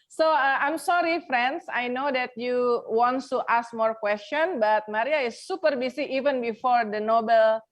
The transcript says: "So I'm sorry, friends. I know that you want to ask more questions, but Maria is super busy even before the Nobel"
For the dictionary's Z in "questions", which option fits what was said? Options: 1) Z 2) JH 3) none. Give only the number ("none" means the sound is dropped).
3